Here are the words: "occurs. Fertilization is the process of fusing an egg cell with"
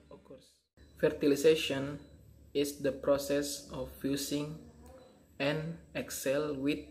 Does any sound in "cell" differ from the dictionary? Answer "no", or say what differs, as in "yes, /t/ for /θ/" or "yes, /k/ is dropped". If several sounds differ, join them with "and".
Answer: no